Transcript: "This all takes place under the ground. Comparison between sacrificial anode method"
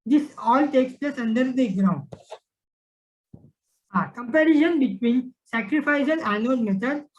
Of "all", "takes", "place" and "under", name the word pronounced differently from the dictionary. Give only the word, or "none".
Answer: none